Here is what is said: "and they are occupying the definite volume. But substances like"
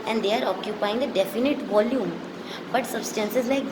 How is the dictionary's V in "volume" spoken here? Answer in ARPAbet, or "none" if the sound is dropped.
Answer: V